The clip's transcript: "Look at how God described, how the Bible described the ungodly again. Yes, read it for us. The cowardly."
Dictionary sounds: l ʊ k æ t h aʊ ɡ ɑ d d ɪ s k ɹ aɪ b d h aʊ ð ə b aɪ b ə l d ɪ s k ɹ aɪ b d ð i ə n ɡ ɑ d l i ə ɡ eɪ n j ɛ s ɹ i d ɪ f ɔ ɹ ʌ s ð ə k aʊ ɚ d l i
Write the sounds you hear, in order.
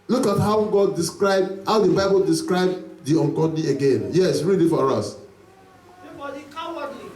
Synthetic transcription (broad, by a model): l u k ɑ t h aʊ ɡ ɑ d d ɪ s k ɹ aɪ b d h aʊ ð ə b aɪ b ə l d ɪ s k ɹ aɪ b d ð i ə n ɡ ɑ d n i ə ɡ eɪ n j ɛ s ɹ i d ɪ f ɔ ɹ ʌ s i